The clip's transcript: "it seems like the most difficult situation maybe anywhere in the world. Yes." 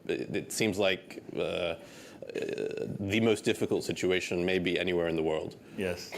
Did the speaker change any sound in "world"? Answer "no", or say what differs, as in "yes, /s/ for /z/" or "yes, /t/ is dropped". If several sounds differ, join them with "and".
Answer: no